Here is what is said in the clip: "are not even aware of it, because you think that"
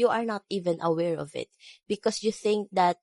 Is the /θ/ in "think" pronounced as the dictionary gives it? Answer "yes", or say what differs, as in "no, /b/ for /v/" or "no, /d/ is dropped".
yes